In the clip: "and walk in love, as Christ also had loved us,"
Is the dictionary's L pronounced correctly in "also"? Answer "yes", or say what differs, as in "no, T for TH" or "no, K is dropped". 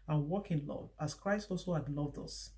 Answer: yes